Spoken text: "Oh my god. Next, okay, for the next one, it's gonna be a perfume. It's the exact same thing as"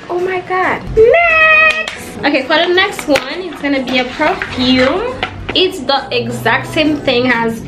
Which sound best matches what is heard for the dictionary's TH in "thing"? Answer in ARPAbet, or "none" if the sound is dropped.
TH